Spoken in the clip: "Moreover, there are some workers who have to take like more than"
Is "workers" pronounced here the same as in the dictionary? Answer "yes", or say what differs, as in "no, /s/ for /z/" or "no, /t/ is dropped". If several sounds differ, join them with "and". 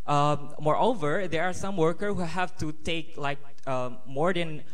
no, /z/ is dropped